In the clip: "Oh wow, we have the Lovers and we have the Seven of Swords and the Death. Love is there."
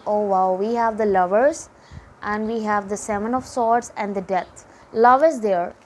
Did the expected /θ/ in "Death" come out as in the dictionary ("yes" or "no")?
no